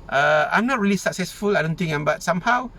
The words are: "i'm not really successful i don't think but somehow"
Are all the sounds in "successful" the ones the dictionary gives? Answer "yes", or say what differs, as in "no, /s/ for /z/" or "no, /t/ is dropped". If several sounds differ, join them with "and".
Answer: yes